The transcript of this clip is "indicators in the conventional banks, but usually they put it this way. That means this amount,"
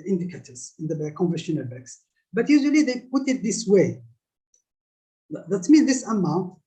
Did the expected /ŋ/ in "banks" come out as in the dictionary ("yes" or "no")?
no